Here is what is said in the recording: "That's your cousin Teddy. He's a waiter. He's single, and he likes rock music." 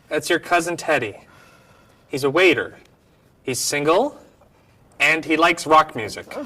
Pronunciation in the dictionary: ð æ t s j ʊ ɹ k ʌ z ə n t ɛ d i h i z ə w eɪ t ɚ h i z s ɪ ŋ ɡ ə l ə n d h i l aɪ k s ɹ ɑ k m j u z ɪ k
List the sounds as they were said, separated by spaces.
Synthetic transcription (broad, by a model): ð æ t s j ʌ ɹ k ʌ z ə n t ɛ d i h i z ə w eɪ t ɚ h i z s ɪ ŋ ɡ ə l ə n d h i l aɪ k s ɹ ɑ k m j u z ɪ k